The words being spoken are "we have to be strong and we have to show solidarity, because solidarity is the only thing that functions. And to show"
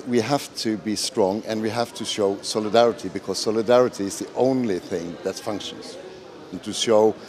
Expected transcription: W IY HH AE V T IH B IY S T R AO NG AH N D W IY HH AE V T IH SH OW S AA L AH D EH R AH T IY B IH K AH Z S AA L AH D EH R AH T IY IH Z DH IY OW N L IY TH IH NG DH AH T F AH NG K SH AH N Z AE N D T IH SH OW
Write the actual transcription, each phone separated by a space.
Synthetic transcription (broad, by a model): W IY HH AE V T IH B IY S T R AO NG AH N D W IY HH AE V T IH SH OW S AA L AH D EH R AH T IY B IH K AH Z S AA L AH D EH R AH T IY IH Z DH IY OW N L IY TH IH NG DH AH T F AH NG K SH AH N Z N T IH SH OW